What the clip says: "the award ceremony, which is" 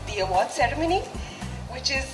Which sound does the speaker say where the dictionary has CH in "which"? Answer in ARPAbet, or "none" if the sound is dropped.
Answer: CH